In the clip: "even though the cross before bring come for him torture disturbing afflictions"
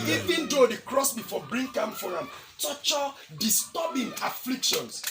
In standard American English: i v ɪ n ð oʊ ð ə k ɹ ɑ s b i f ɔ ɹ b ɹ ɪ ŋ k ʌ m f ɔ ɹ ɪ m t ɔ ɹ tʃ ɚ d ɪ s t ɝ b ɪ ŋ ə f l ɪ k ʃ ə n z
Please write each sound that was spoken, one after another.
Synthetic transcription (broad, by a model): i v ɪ n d oʊ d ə k ɹ ɑ s b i f ɔ b ɹ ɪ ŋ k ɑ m f ɔ ɹ ɪ m t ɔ tʃ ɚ d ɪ s t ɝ b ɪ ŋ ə f l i k ʃ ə n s